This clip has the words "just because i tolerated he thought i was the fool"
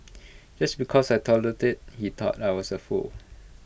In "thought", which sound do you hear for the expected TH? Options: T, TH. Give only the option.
T